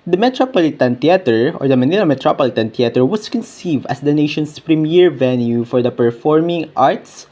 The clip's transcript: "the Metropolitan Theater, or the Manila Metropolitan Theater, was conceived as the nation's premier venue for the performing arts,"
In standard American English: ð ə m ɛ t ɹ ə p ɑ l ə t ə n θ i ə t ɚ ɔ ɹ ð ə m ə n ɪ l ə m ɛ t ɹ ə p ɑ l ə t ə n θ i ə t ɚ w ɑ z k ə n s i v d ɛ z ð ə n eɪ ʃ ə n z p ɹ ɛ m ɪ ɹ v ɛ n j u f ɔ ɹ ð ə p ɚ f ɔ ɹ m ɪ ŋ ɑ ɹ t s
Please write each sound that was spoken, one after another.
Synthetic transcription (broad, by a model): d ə m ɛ t ɹ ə p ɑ l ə t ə n t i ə t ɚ ɔ ɹ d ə m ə n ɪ l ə m ɛ t ɹ ə p ɑ l ə t ə n t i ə t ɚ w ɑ s k ə n s i v d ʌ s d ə n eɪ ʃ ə n s p ɹ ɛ m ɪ ɹ v ɛ n j u f ɔ ɹ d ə p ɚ f ɔ ɹ m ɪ ŋ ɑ ɹ t s